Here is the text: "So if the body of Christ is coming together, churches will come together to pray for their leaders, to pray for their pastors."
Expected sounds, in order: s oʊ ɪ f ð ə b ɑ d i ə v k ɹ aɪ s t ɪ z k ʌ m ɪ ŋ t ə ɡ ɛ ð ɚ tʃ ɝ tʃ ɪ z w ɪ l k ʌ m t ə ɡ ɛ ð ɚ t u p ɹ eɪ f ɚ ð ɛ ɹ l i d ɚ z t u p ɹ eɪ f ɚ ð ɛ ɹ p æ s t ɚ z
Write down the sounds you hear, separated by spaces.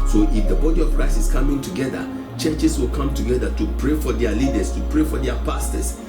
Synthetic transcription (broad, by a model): s oʊ ɪ f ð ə b ɑ d i ə v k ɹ aɪ s ɪ s k ʌ m ɪ ŋ t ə ɡ ɛ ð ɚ tʃ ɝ tʃ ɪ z w ɪ l k ʌ m t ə ɡ ɛ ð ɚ t u p ɹ eɪ f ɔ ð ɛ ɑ l i d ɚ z t u p ɹ eɪ f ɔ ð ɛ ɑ p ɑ s t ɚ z